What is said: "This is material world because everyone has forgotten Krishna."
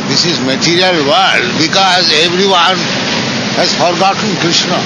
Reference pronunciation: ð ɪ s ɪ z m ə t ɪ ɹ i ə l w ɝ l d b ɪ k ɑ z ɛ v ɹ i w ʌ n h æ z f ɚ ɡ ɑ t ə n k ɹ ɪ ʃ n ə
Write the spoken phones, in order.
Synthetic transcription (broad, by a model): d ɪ s ɪ z m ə t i ɹ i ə l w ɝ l d b ɪ k ɑ z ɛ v ɹ i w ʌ n h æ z f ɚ ɡ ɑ t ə n k ɹ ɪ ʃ n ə